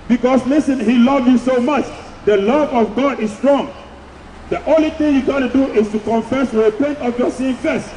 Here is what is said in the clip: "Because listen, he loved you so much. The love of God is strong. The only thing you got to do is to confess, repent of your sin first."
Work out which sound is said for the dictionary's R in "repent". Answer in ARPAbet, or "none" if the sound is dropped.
W